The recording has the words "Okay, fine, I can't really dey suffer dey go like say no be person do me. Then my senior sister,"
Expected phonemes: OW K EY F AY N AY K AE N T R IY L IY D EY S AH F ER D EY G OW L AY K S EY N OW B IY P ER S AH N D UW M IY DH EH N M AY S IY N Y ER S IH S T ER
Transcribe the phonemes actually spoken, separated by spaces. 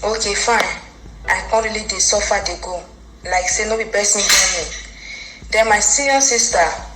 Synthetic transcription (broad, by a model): OW K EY F AY N AY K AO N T R IY L IY D EY S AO F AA D EY G OW L AY K S EY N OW B IY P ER S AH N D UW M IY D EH M AY S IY Y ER S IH S T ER